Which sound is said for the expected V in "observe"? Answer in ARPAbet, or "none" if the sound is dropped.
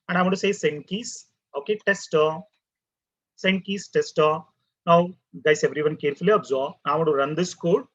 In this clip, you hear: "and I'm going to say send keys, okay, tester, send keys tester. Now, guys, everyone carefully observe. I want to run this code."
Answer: B